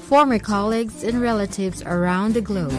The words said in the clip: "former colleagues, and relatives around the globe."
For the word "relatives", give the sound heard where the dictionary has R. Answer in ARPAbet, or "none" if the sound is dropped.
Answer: R